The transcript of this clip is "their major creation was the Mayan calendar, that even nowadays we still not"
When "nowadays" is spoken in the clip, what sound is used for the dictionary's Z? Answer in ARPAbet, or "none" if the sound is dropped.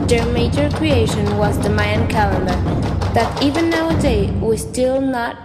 none